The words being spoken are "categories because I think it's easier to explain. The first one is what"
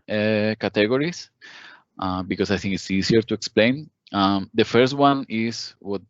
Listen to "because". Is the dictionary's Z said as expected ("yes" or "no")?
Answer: no